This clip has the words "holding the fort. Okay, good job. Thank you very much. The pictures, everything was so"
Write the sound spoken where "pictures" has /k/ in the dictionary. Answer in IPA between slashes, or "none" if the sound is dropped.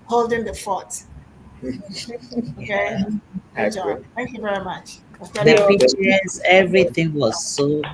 none